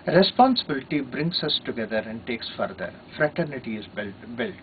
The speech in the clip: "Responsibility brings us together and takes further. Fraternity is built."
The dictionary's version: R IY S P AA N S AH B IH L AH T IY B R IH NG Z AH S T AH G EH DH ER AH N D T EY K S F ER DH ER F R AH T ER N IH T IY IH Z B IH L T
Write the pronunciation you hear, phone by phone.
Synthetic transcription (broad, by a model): R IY S P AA N S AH B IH L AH T IY B R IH NG S AH S T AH G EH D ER AH N D T EY K S F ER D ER F R AH T ER N IH T IY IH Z B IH L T